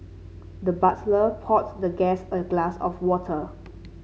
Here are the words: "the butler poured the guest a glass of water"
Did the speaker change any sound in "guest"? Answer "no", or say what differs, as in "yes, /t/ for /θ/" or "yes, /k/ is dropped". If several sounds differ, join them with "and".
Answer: yes, /t/ is dropped